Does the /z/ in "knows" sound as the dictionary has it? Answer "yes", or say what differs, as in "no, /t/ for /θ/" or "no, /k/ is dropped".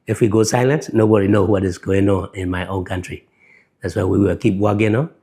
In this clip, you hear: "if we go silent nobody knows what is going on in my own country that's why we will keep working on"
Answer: no, /z/ is dropped